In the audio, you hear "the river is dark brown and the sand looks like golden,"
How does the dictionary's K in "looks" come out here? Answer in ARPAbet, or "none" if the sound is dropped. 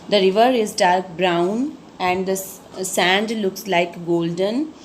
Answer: K